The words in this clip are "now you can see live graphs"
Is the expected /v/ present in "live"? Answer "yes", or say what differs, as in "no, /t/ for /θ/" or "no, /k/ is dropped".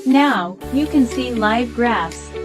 yes